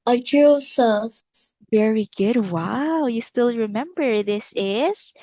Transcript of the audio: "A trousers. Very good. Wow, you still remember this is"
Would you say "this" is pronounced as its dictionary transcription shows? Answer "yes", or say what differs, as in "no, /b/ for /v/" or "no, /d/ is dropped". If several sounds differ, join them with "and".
yes